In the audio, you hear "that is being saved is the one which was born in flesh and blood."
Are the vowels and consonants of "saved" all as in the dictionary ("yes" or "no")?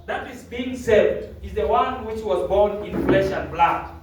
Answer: no